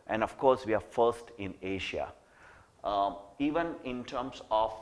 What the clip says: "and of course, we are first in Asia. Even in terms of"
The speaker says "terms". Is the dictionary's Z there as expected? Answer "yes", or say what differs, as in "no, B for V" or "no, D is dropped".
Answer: no, S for Z